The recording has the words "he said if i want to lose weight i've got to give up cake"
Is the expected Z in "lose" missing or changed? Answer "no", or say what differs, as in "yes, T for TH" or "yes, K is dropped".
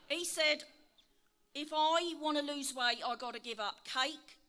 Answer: no